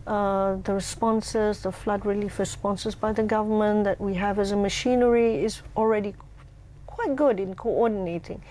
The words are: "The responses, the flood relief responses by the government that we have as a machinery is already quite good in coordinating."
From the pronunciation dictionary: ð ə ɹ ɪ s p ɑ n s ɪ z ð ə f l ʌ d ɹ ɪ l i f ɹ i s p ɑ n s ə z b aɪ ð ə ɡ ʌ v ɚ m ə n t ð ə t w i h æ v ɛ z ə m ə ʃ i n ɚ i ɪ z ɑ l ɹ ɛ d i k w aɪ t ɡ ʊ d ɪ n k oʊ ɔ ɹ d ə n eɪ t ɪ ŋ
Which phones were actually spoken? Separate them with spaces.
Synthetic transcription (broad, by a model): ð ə ɹ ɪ s p ɑ n s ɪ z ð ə f l ʌ d ɹ ɪ l i f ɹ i s p ɑ n s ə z b aɪ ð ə ɡ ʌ v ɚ m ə n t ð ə t w i h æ v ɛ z ə m ə ʃ i n ɚ i ɪ z ɑ l ɹ ɛ d i k w aɪ t ɡ ʊ d ɪ n k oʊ ɔ d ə n eɪ t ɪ ŋ